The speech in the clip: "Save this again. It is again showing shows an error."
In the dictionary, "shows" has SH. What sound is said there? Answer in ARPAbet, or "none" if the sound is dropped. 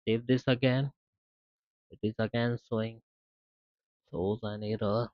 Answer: S